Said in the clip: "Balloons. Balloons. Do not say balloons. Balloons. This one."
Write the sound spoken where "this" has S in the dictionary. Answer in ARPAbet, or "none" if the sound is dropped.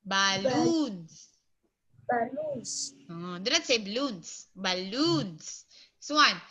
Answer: none